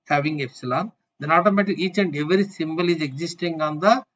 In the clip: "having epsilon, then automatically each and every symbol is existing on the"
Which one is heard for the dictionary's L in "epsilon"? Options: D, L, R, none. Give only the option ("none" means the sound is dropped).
L